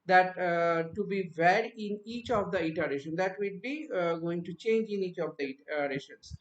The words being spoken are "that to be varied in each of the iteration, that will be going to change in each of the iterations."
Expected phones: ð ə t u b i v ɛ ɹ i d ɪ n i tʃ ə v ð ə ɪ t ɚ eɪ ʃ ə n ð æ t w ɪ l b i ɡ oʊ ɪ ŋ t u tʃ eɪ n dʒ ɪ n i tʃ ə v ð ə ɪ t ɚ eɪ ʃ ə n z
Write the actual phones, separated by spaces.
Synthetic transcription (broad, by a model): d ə t u b i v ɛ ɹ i ɪ n i tʃ ə v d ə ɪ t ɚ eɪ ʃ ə n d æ t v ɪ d b i ɡ oʊ ɪ ŋ t u tʃ eɪ n dʒ ɪ n i tʃ ə v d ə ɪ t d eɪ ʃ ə n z